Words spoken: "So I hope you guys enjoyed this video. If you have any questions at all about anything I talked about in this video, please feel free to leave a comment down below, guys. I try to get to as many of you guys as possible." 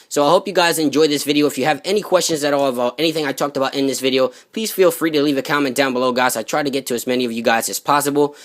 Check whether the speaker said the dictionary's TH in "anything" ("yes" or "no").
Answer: yes